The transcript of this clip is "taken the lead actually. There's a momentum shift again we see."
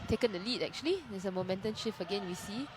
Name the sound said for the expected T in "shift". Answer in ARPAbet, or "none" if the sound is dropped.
none